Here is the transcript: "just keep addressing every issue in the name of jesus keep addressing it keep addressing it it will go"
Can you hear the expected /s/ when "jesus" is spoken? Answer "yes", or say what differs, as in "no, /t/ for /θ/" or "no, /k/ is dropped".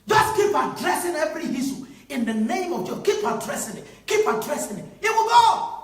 no, /s/ is dropped